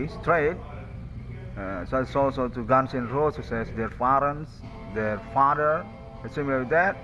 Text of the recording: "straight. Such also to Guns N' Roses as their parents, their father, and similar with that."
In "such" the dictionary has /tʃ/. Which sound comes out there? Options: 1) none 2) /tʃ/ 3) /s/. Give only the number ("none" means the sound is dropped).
3